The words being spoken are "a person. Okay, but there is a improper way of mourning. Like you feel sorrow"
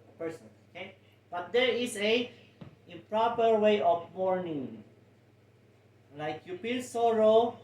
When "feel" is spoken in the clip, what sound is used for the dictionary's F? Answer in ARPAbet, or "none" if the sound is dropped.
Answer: P